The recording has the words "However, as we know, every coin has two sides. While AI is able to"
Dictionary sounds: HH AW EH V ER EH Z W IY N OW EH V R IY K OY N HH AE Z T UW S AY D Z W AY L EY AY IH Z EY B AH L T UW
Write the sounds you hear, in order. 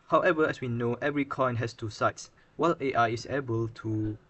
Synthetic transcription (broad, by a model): HH AW EH V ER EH S W IY N OW EH V R IY K OY N HH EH S T UW S AY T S W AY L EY AY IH S EY B AH L T UW